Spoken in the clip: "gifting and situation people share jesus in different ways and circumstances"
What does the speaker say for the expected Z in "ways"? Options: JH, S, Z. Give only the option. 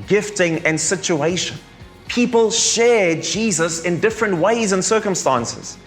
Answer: Z